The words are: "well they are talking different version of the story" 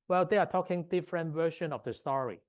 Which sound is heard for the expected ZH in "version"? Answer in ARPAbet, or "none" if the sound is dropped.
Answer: SH